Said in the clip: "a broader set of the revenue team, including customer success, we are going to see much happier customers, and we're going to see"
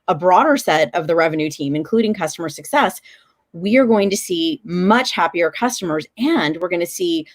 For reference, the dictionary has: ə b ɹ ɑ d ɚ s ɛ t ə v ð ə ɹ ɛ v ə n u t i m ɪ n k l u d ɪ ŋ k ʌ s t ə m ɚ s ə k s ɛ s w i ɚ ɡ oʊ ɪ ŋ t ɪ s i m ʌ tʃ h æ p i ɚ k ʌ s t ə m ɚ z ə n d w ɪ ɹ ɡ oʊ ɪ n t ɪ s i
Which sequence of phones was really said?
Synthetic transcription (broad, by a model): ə b ɹ ɑ d ɚ s ɛ t ə v ð ə ɹ ɛ v ə n u t i m ɪ n k l u d ɪ ŋ k ʌ s t ə m ɚ s ə k s ɛ s w i ɚ ɡ oʊ ɪ ŋ t ɪ s i m ʌ tʃ h æ p i ɚ k ʌ s t ə m ɚ z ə n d w ɪ ɹ ɡ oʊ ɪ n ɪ s i